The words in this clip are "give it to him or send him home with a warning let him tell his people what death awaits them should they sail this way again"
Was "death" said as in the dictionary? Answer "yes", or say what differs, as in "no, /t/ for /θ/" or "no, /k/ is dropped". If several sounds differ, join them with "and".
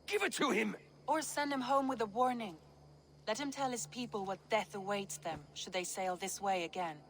yes